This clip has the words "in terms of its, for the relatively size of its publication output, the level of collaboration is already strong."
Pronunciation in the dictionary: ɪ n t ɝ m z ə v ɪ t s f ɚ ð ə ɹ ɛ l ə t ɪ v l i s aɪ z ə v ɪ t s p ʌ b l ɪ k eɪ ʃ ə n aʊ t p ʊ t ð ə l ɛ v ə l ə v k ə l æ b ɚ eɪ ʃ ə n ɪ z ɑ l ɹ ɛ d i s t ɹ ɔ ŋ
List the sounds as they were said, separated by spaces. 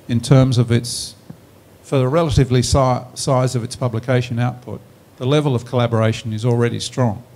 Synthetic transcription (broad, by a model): ɪ n t ɝ m z ə v ɪ t s f ɚ ð ə ɹ ɛ l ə t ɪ v l i s aɪ z ə v ɪ t s p ʌ b l ɪ k eɪ ʃ ə n aʊ t p ʊ t ð ə l ɛ v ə l ə v k ə l æ b ɚ eɪ ʃ ə n ɪ z l ɹ ɛ d i s t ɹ ɔ ŋ